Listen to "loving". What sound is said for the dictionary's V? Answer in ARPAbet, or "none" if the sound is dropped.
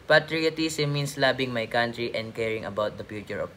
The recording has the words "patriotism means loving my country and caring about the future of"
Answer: B